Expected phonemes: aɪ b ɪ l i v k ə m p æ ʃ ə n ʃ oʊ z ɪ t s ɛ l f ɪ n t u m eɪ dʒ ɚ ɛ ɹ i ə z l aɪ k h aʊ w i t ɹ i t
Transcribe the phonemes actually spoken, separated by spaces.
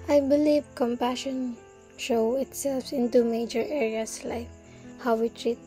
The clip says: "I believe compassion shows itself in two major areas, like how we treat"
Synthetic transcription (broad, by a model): aɪ b ɪ l i v k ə m p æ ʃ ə n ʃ oʊ ɪ t s ɛ l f ɪ n t u m eɪ dʒ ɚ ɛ ɹ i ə s l aɪ k h aʊ w i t ɹ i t